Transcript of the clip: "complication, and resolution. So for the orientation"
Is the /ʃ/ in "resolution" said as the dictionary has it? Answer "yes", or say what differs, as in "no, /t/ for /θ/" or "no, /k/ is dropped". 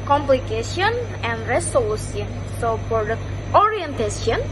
no, /s/ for /ʃ/